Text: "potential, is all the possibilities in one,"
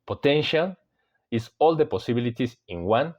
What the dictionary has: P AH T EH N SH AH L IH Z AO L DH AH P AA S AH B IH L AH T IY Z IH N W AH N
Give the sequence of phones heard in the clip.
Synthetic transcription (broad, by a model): P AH T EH N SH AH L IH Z AO L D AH P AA S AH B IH L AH T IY S IH N W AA N